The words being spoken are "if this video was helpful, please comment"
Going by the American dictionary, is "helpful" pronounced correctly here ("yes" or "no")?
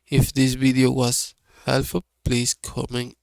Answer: no